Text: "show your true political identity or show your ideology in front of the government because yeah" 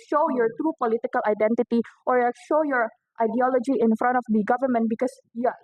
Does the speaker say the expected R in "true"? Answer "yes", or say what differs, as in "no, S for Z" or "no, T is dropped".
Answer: yes